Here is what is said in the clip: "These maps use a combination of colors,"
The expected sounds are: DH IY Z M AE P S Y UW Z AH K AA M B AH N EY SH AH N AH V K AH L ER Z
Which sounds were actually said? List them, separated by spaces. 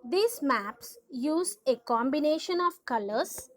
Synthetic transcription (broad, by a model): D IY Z M AE P S Y UW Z AH K AA M B AH N EY SH AH N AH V K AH L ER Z